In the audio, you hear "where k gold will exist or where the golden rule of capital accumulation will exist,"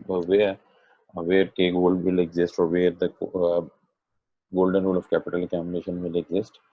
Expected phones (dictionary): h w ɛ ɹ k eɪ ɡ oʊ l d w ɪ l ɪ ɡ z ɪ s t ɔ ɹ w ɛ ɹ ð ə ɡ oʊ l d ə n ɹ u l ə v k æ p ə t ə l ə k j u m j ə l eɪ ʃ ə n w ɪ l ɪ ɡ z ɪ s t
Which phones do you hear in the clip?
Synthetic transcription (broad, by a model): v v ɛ ɹ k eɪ ɡ oʊ l d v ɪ l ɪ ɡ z ɪ s t ɔ ɹ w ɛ ɹ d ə ɡ oʊ l d ə n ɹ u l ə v k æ p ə t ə l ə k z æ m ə n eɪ ʃ ə n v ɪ l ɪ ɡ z ɪ s t